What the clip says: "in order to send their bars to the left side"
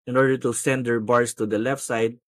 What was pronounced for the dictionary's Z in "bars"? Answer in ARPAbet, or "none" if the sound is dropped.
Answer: S